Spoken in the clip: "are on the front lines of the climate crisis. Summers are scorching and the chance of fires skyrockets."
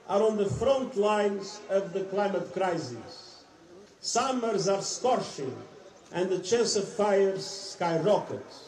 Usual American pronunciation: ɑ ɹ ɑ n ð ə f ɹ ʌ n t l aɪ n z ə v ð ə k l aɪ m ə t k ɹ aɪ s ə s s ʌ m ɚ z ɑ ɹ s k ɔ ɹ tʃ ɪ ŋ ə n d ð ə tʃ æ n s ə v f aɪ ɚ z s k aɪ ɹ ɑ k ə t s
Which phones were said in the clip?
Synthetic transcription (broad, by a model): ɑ ɹ ɑ n ð ə f ɹ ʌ n t l aɪ n z ə v ð ə k l aɪ m ə t k ɹ aɪ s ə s s ʌ m ɚ z ɑ ɹ s k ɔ ɹ ʃ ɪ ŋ ə n d ð ə tʃ æ n s ə v f aɪ ɚ z s k aɪ ɹ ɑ k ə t